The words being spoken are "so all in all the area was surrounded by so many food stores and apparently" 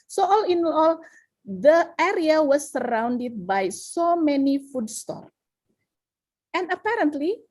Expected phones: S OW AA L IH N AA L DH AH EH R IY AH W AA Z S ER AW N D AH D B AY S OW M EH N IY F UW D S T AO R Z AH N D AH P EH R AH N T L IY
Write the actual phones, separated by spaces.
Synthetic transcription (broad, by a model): S OW AA L IH N AA L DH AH EH R IY AH W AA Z S ER AW N D AH D B AY S OW M EH N IY F UW D S T AO R AH N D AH P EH R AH N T L IY